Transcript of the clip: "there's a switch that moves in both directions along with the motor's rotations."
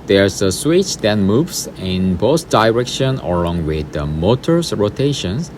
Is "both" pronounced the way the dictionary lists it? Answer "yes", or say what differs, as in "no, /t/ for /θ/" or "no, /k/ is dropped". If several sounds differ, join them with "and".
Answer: no, /s/ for /θ/